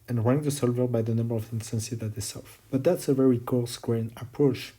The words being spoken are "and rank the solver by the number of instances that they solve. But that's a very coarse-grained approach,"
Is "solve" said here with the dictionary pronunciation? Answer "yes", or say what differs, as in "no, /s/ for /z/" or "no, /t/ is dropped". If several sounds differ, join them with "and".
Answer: no, /f/ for /v/